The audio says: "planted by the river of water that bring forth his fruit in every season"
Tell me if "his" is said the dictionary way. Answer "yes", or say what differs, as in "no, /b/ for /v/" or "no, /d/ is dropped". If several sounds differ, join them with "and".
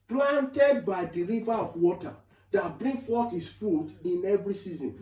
no, /s/ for /z/